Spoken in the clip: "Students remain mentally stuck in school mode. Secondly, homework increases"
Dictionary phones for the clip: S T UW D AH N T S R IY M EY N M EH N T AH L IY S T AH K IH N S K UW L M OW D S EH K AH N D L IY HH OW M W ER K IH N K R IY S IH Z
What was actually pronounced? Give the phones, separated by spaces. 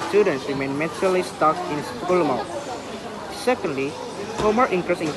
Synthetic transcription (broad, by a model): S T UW D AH N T S R IY M EY N M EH T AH L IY S T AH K IH N S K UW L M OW S EH K AH N D L IY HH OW M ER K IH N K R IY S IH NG